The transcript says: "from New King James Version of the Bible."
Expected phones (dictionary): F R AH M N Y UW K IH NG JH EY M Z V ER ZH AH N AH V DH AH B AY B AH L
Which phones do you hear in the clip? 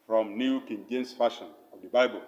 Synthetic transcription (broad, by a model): F R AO M N Y UW K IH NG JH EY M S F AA SH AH N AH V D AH B AY B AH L